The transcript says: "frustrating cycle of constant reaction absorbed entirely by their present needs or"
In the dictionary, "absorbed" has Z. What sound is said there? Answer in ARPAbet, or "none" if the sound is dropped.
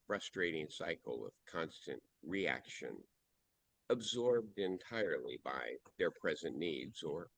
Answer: Z